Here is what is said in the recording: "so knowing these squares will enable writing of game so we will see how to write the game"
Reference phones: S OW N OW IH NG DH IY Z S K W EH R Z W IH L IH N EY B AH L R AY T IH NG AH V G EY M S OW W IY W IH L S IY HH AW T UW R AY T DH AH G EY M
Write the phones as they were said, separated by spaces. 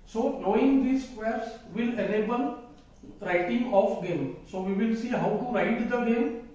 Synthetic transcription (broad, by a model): S OW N OW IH NG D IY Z S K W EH R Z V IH L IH L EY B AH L R AY T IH NG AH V G EY M S OW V IY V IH L S IY HH AW T UW R AY T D AH G EY M